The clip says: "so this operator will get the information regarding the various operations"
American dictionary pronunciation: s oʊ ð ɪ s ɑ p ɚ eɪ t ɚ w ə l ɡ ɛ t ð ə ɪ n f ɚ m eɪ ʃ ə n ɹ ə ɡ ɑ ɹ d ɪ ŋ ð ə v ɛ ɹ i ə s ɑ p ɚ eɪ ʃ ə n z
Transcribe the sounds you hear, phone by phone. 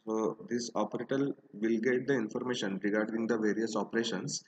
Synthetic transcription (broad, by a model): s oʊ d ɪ s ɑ p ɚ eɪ t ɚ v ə l ɡ ɛ t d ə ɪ n f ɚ m eɪ ʃ ə n ɹ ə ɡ ɑ ɹ d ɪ ŋ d ə v ɛ ɹ i ə s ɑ p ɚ eɪ ʃ ə n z